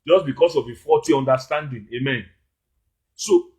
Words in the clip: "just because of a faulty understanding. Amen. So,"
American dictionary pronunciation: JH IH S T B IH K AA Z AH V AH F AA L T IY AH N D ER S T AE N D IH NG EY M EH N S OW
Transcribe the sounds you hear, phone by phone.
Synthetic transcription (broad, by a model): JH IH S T B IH K AA S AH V AH F AA T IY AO N D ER S T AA N D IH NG EY M EH N S OW